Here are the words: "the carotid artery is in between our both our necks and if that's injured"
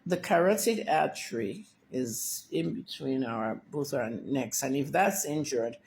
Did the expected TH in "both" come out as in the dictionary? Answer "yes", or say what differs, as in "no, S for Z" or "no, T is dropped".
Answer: yes